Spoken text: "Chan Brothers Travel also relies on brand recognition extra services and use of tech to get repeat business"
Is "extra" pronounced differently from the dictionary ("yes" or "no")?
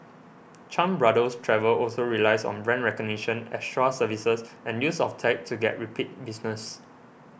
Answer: yes